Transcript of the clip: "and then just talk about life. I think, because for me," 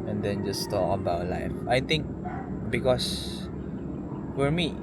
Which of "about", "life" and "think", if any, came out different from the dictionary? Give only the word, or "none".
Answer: think